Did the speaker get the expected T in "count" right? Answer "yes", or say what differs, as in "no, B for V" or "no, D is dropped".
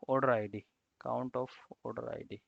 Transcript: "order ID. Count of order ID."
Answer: yes